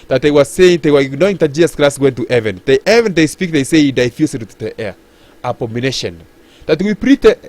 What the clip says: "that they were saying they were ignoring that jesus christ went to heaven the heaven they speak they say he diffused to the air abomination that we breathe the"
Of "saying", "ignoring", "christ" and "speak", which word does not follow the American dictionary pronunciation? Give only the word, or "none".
ignoring